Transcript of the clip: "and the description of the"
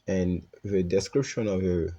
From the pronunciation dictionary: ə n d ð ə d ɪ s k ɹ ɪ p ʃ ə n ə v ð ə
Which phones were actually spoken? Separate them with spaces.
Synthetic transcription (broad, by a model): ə n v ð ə d ɪ s k ɹ ɪ p ʃ ə n ə v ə